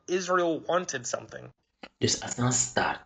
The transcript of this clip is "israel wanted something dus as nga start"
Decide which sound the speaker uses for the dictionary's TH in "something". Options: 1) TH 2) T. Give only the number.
1